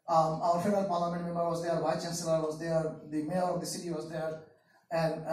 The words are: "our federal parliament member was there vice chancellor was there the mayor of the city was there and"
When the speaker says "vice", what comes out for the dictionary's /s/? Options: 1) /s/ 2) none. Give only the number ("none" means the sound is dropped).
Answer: 2